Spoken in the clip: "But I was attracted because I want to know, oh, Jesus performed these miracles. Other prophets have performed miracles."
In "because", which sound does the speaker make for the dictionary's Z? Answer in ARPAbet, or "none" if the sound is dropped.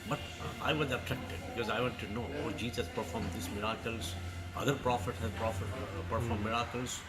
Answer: Z